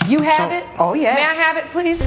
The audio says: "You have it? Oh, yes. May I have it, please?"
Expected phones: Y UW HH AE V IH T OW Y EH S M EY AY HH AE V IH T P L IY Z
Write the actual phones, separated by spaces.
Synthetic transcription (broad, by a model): Y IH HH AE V IH T OW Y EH M EY AY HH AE V IH T P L IY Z